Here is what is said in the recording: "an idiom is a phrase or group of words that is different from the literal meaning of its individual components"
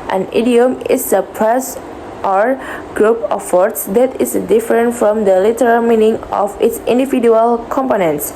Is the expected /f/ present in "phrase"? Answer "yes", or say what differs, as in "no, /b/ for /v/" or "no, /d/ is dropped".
no, /p/ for /f/